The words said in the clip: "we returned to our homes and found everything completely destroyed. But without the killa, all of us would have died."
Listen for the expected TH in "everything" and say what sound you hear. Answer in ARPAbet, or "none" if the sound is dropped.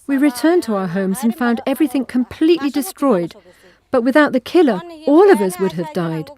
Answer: TH